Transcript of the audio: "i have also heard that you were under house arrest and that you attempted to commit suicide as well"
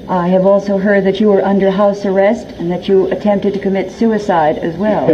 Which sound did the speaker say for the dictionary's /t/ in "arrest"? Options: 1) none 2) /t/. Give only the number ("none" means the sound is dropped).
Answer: 2